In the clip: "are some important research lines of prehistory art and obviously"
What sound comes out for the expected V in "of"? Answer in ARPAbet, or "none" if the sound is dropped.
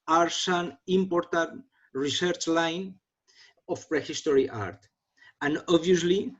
F